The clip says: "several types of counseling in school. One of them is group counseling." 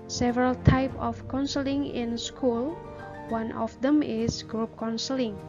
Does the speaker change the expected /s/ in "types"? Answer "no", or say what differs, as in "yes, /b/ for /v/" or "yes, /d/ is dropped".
yes, /s/ is dropped